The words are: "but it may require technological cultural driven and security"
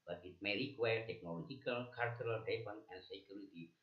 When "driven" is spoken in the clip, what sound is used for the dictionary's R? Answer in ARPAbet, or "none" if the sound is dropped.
none